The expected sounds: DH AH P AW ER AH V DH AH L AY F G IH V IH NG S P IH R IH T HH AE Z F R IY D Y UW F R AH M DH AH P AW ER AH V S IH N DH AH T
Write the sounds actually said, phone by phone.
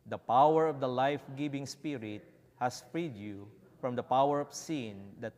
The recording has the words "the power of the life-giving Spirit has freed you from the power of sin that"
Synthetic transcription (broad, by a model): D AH P AW ER AH V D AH L AY F G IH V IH NG S P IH R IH T HH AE S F R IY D Y UW F R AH M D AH P AW ER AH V S IH N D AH T